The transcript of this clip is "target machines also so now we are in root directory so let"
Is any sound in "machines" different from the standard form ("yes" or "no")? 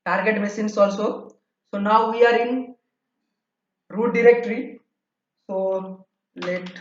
yes